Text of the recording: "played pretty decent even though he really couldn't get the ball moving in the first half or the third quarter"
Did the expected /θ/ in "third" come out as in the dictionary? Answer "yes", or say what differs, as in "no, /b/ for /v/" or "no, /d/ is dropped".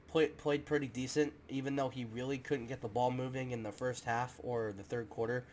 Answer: yes